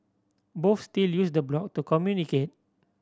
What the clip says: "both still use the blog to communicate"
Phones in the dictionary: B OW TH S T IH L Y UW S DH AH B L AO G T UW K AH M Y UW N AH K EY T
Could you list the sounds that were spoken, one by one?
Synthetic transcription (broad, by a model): B OW F S T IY L Y UW S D AH B L AO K T UW K AH M Y UW N AH K EY T